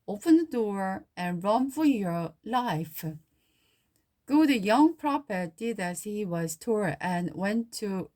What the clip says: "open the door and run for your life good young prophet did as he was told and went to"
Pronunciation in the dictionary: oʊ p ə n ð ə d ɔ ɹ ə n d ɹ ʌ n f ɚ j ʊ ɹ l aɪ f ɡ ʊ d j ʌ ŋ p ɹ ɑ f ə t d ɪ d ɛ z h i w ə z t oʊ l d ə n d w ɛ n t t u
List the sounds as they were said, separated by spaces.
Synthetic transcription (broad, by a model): oʊ p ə n ð ə d ɔ ɹ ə n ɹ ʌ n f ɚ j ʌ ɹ l aɪ f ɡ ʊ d j ʌ ŋ p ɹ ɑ p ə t d ɪ d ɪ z h i w ə z t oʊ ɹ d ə n w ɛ n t t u